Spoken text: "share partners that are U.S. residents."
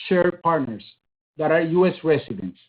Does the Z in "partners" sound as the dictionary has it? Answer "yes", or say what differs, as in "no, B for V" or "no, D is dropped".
no, S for Z